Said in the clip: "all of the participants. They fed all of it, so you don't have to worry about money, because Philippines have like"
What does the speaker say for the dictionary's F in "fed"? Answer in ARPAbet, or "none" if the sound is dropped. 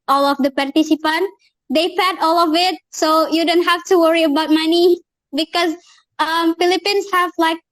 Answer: P